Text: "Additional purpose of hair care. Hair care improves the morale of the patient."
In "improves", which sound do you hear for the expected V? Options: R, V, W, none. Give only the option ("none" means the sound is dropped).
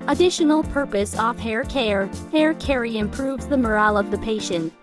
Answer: V